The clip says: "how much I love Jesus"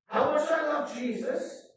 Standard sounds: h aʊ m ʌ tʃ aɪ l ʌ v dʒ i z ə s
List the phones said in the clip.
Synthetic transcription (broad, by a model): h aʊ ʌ s aɪ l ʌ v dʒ i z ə s